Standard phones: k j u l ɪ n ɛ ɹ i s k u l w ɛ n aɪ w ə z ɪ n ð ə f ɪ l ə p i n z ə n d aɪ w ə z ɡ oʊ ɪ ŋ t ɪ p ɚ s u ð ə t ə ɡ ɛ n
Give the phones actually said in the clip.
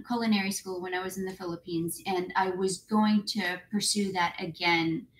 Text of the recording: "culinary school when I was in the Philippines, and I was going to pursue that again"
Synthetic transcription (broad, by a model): k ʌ l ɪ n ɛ ɹ i s k u l w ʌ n aɪ w ə z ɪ n ð ə f ɪ l ə p i n z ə n aɪ w ə z ɡ oʊ ɪ ŋ t ɪ p ɚ s u ð ə t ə ɡ ɛ n